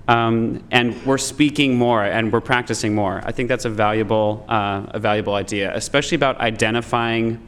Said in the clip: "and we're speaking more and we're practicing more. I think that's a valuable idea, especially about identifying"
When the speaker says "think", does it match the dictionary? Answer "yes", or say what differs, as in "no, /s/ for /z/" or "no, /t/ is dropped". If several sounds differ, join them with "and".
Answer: yes